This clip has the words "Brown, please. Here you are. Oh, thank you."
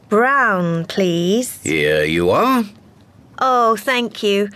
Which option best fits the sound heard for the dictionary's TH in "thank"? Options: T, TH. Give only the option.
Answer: TH